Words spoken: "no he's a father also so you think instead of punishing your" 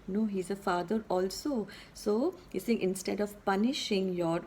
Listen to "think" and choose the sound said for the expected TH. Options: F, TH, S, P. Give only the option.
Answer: S